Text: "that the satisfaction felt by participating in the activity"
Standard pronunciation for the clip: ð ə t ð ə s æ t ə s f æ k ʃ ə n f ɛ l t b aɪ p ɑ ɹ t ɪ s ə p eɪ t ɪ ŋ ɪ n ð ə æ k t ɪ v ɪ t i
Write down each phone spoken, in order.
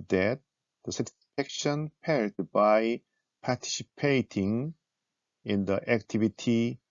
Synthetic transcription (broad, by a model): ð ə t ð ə s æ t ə s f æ k ʃ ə n p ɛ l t b aɪ p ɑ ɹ t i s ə p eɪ t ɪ ŋ ɪ n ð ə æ k t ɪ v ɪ t i